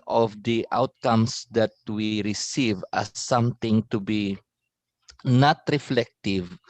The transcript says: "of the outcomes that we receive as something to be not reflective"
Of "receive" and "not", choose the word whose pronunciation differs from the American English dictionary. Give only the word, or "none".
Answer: none